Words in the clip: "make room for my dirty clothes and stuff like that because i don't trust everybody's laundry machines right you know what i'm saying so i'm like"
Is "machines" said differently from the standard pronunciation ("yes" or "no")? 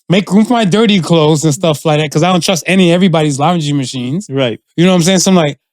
no